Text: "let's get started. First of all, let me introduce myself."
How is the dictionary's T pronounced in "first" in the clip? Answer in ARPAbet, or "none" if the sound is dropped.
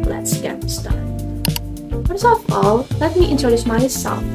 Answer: none